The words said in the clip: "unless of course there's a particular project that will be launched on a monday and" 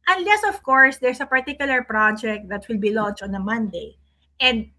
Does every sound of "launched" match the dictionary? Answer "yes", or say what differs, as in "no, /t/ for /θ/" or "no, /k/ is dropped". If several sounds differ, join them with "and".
no, /t/ is dropped